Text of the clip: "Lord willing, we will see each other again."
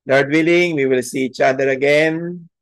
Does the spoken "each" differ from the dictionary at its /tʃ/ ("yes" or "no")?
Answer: no